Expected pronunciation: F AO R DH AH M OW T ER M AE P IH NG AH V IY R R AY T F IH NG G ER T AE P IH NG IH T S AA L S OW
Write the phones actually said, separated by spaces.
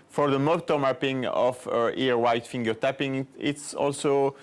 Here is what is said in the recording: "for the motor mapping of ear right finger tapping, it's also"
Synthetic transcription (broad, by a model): F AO R DH AH M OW T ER M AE P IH NG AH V IY R W AY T F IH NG G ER T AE P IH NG IH T S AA L S OW